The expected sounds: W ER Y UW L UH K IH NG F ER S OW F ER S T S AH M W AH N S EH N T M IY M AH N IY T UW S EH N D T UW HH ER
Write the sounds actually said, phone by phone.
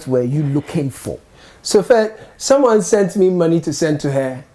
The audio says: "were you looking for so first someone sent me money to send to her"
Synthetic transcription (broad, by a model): W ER Y UW L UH K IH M F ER S OW F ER T S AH M W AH N S EH N T M IY M AH N IY T UW S EH N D T UW HH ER